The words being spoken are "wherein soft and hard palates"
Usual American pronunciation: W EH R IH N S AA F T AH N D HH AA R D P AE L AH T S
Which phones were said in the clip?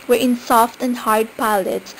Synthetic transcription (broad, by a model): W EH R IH N S AA F T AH N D HH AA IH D P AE L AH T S